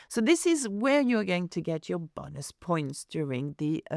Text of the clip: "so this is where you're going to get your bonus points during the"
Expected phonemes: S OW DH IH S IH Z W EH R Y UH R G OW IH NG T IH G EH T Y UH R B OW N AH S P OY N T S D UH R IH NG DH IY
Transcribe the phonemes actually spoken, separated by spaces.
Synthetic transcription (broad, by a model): S OW DH IH S IH Z W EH R Y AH R G OW IH NG T IH G EH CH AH R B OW N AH S P OY N T S D UH R IH NG DH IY